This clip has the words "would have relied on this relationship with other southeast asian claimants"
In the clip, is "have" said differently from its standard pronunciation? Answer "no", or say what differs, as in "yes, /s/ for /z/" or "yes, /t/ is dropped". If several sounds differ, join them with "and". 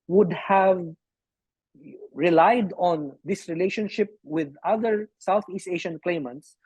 no